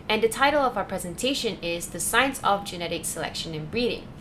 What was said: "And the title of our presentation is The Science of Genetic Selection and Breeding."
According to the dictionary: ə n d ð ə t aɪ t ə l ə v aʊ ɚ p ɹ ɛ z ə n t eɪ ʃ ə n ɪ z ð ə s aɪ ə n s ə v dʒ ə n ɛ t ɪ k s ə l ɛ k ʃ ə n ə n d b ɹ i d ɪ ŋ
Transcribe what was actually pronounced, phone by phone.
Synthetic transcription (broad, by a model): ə n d ð ə t aɪ t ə l ə v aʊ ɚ p ɹ ɛ z ə n t eɪ ʃ ə n ɪ z ð ə s aɪ ə n s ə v dʒ ə n ɛ t ɪ k s ə l ɛ k ʃ ə n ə n b ɹ i d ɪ ŋ